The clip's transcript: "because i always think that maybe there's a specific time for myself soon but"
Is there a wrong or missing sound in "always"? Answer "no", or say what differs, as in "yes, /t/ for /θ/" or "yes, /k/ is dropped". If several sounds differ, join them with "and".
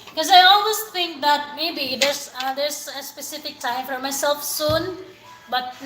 yes, /s/ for /z/